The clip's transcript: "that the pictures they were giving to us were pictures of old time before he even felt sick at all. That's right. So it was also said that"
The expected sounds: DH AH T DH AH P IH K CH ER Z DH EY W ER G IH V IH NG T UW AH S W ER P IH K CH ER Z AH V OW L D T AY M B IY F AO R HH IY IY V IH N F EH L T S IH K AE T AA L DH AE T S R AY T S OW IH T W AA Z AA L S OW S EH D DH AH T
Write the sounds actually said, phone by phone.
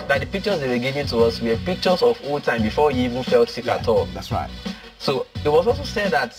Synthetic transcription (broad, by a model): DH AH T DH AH P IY K CH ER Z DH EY W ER G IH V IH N T UW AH S W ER P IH K CH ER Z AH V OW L T AY M B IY F AO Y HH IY IY V IH N F EH L T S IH K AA T AA L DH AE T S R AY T S OW IH T W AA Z AA L S OW S EH D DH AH T